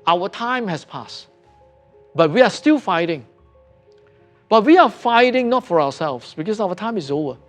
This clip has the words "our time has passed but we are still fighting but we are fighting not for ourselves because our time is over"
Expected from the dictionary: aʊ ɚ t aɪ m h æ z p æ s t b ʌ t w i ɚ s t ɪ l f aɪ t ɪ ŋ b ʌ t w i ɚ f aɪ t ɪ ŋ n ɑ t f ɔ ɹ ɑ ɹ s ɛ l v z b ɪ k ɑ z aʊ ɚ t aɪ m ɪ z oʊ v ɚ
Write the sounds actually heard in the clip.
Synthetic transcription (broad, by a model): aʊ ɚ t aɪ m h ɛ s p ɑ s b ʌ t w i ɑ s t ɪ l f aɪ t ɪ ŋ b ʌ t w i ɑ f aɪ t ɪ ŋ n ɑ t f ɔ ɹ ɑ w s ɛ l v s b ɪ k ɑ s aʊ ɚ t aɪ m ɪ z oʊ v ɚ